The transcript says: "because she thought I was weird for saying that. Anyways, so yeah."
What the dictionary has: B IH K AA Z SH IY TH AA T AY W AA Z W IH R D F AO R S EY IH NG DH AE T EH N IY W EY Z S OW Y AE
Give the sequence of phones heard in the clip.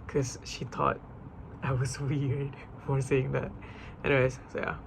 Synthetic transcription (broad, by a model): K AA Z SH IY T AA T AY W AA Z W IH R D F AO R S EY IH NG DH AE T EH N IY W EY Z S OW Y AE